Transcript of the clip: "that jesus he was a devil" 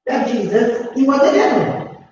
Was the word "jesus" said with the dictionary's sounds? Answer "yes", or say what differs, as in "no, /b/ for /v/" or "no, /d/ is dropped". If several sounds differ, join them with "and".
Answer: yes